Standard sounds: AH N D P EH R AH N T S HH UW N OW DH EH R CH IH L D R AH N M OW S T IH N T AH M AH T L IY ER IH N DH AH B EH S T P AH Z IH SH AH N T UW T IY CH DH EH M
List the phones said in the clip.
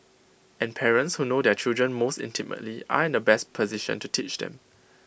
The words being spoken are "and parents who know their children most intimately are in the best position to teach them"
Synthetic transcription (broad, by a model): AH N P EH R AH N T S HH UW N OW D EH CH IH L D R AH N M OW S T IH N T AH M AH T L IY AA IH N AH B EH S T P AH Z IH SH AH N T UW T IY CH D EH M